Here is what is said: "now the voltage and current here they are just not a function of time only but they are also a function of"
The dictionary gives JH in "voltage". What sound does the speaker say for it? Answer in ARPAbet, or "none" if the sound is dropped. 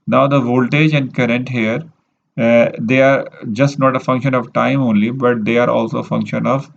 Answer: JH